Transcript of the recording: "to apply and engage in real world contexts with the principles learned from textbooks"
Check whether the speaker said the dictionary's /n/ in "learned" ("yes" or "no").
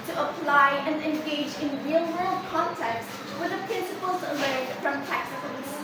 no